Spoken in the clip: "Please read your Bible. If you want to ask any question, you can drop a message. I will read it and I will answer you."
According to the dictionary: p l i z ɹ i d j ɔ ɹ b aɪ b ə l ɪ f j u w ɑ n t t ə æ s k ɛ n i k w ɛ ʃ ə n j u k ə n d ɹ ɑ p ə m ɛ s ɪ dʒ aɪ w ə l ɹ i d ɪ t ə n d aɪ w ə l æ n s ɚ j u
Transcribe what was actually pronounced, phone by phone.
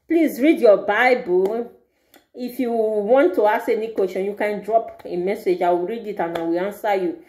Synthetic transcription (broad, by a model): p l i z ɹ i d j ɔ b aɪ b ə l ɪ f j u w ɑ n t t ə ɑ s ɛ n i k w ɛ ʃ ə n j u k ə n d ɹ ɑ p ə m ɛ s ɪ dʒ aɪ w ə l ɹ i d ɪ t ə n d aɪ w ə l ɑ n s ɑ j u